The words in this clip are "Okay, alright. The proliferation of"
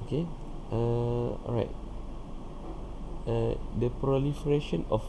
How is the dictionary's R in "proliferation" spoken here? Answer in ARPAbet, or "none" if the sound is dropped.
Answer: R